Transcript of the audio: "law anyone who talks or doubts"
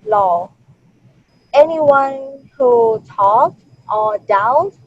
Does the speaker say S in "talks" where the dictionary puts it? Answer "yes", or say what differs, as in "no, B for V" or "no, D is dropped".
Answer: no, S is dropped